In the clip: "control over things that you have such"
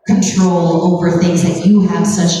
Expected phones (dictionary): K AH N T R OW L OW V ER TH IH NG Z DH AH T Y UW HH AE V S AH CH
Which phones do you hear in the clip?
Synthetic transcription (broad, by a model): K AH N T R OW L OW V ER TH IH NG Z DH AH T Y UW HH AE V S AH CH